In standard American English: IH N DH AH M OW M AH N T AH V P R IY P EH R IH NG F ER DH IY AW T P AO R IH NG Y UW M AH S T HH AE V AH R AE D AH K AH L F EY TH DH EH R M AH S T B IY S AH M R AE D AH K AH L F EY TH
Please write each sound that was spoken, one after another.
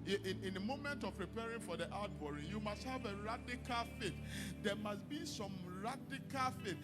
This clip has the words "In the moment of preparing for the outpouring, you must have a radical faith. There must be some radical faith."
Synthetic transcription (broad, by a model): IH N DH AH M OW M AH N T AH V P R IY P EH R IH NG F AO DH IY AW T B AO R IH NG Y UW M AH S T HH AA V AH R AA D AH K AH L F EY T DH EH M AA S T B IY S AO M R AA D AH K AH L F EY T